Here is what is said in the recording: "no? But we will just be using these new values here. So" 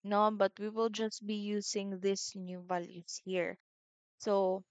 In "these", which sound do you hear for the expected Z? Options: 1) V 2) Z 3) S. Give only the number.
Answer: 3